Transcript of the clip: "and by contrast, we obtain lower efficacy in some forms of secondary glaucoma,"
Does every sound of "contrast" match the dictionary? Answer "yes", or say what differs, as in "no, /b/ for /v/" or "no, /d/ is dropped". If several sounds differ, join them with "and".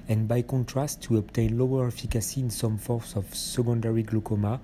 yes